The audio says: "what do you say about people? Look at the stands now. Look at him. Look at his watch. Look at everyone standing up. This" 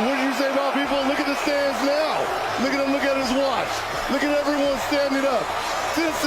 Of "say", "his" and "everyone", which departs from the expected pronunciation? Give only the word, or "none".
none